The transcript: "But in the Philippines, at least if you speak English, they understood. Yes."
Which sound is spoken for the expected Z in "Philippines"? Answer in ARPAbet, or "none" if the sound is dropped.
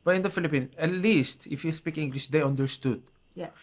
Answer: none